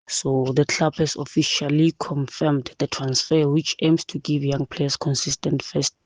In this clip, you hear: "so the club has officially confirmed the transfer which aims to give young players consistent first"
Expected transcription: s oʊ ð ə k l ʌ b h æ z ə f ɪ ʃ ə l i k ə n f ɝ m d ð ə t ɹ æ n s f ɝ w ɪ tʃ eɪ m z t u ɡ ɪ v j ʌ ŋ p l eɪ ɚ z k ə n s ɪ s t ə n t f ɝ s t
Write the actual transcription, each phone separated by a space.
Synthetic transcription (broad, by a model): s oʊ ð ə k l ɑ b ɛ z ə f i ʃ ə l i k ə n f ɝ m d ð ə t ɹ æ n s f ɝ w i tʃ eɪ m s t u ɡ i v j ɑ ŋ p l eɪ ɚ s k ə n s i s t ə n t f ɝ s t